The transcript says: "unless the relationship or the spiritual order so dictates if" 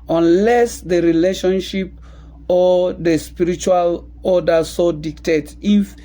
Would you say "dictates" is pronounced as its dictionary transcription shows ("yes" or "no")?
no